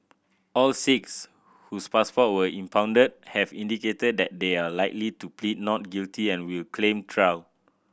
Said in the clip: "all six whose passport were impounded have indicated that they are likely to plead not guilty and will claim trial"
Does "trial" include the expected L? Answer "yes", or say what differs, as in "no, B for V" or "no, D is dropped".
no, W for L